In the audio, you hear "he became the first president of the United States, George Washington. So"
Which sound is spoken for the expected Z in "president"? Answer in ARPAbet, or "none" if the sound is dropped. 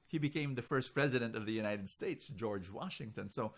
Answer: Z